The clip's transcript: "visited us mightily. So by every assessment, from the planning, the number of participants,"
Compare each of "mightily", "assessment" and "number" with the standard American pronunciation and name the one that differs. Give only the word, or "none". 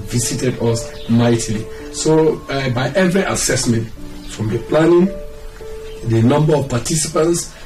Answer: none